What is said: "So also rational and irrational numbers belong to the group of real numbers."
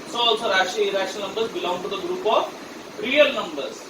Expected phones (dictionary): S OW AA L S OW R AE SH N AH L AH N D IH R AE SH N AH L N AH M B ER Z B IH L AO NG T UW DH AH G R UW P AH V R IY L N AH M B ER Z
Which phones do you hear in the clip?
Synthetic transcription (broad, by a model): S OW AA L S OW R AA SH AH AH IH R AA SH AH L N AH M B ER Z B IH L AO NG T UW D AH G R UW P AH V R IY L N AH M B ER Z